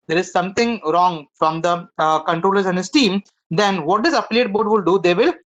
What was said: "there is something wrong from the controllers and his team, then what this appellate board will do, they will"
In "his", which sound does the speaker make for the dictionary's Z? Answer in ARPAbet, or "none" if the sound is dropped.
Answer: S